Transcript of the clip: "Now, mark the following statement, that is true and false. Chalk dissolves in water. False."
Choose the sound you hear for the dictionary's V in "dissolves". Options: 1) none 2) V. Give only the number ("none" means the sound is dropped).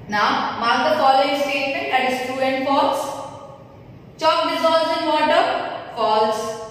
1